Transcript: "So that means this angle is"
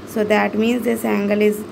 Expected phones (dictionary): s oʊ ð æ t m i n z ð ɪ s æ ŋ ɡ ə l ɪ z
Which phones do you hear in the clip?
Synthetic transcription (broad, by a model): s oʊ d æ t m i n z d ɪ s æ ŋ ɡ ə l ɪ z